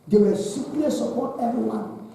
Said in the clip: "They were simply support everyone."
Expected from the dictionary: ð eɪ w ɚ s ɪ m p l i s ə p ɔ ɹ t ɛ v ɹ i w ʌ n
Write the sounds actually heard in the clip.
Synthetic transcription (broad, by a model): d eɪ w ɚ s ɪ p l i s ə p ɔ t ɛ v ɹ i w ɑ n